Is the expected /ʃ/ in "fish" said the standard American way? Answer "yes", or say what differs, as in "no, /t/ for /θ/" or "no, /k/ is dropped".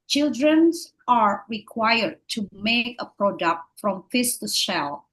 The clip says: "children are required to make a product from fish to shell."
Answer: no, /s/ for /ʃ/